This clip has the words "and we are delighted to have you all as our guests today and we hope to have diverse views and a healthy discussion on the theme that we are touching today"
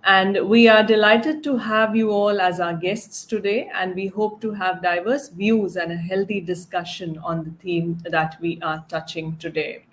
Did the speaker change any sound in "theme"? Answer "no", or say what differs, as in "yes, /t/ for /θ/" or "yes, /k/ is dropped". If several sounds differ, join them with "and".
yes, /t/ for /θ/